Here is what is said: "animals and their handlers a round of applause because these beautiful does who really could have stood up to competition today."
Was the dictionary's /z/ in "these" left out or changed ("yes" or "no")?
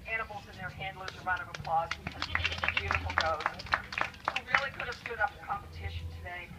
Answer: yes